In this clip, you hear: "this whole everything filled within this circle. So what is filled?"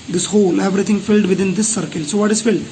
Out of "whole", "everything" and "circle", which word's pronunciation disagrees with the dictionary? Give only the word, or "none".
everything